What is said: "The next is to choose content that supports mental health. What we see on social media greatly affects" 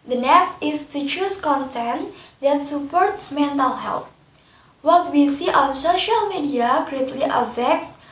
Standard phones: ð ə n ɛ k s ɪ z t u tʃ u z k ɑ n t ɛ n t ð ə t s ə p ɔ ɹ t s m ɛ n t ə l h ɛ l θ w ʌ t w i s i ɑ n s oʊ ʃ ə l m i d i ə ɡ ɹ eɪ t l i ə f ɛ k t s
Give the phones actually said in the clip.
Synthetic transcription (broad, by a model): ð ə n ɛ k s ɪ s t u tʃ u s k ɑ n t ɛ n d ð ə t s ə p ɔ ɹ t s m ɛ n t ə l h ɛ l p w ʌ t w i s i ɑ n s oʊ ʃ ə l m i d i ə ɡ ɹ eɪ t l i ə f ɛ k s